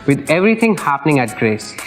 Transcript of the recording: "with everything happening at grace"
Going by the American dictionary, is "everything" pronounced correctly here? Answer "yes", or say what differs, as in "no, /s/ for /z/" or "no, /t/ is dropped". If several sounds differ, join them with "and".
no, /t/ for /θ/